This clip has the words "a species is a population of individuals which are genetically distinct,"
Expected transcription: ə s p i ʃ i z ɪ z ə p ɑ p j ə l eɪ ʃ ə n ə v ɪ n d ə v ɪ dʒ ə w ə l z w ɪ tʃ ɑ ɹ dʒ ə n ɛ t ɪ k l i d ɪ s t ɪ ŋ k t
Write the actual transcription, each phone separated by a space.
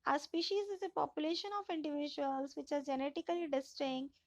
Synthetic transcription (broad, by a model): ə s p i ʃ i z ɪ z ə p ɑ p j ə l eɪ ʃ ə n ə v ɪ n d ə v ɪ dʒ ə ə l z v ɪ tʃ ɑ ɹ dʒ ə n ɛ t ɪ k l i d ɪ s t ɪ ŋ